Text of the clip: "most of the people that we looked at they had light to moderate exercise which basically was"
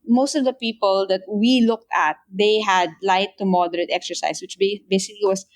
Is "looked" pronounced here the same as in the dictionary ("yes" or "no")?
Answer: yes